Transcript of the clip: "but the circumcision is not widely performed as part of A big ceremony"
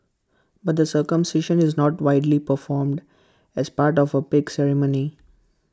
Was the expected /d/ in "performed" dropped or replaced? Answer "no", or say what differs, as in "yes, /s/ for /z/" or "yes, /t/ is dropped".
no